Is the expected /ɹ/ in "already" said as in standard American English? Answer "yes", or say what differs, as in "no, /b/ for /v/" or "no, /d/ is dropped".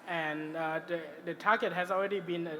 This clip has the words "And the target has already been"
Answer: yes